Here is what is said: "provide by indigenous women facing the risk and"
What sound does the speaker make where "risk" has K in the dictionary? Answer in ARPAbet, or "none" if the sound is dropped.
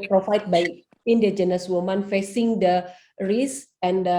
none